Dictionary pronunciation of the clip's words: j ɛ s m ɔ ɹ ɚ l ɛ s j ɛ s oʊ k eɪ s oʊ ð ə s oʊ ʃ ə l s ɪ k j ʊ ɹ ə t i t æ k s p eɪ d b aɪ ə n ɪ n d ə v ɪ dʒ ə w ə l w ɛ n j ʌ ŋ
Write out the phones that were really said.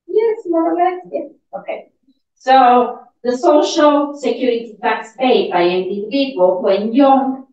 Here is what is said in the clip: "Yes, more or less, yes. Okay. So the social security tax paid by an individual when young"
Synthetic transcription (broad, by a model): j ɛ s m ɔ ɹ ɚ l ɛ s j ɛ oʊ k eɪ s oʊ ð ə s oʊ ʃ ə l s ɪ k j ʊ ɹ ə t i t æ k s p eɪ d b aɪ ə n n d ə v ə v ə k w ɛ n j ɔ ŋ